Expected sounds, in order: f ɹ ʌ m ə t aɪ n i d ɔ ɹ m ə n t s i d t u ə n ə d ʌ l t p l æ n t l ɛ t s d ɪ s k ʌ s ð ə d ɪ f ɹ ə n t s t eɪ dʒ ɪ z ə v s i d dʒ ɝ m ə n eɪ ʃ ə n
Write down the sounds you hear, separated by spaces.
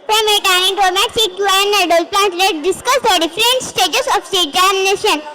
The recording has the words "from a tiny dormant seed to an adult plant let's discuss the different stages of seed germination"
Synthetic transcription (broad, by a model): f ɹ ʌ m ə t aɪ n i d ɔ m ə t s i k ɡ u ə n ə d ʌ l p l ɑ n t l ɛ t d ɪ s k ʌ s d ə d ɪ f ɹ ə n t s t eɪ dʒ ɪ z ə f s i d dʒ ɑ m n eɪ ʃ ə n